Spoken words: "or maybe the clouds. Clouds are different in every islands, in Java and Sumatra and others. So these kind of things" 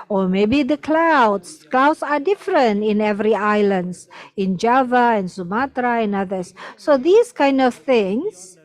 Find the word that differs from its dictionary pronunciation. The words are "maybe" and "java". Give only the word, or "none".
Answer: none